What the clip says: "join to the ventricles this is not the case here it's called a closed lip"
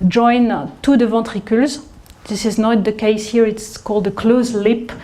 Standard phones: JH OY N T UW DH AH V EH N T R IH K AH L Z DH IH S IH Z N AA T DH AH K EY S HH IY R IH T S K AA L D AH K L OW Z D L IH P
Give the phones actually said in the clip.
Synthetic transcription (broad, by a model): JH OY N T UW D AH V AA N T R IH K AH L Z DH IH S IH Z N AA T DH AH K EY S HH IY R IH T S K AA L D AH K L OW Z L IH P